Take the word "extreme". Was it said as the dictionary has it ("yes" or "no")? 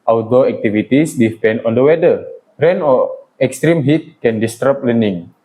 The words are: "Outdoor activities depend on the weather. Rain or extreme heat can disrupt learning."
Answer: yes